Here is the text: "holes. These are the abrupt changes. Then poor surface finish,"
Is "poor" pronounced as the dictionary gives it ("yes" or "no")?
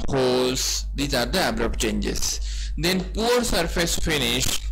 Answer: yes